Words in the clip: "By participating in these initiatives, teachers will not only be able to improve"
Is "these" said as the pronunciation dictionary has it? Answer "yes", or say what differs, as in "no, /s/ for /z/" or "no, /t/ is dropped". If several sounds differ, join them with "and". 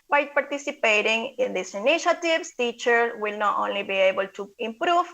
no, /s/ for /z/